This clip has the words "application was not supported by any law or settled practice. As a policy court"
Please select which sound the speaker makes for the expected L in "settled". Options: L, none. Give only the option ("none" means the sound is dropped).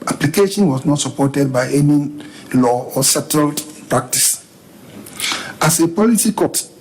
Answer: L